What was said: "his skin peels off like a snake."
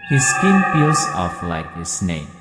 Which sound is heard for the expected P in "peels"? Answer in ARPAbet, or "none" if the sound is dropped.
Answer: F